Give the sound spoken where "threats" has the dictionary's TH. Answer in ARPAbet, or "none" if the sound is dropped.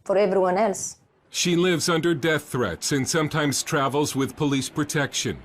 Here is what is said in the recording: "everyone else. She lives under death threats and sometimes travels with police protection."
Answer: TH